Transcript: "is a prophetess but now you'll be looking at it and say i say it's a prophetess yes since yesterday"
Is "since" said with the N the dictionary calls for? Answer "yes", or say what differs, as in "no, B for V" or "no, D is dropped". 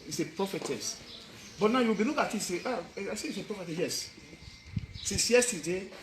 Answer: no, N is dropped